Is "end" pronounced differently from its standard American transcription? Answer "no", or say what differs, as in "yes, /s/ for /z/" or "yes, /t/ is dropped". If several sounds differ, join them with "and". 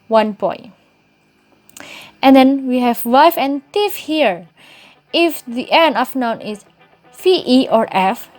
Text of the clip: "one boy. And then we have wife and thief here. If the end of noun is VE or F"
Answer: yes, /d/ is dropped